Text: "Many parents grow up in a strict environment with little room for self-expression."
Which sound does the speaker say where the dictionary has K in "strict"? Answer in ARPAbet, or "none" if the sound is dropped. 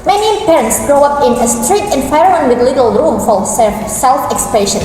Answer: none